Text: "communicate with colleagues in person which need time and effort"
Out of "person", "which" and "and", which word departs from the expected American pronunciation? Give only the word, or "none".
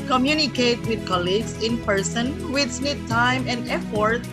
which